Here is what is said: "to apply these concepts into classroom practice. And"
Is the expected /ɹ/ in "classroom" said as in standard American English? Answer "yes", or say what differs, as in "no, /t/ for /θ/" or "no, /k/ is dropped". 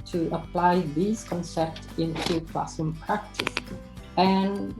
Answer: no, /ɹ/ is dropped